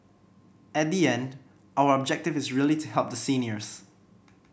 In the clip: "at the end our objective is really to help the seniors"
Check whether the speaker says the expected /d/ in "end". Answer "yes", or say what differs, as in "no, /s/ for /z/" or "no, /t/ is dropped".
yes